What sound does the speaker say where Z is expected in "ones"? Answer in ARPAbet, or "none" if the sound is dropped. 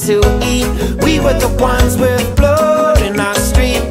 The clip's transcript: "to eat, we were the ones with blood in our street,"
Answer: Z